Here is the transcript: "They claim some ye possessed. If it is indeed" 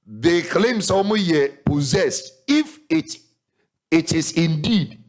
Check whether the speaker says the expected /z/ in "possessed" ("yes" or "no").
yes